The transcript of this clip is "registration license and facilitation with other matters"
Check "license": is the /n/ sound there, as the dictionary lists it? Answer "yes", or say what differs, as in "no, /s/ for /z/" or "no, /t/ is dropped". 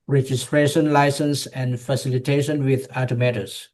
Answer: yes